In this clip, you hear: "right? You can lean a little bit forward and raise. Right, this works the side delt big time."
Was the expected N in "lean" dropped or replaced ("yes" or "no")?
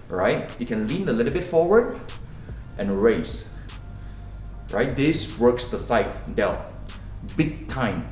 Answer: no